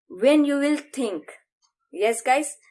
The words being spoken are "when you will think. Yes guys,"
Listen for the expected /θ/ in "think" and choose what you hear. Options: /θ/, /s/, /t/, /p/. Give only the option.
/t/